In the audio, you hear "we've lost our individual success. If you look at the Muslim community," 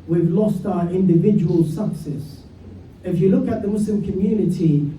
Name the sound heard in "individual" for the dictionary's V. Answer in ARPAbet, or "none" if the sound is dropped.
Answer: V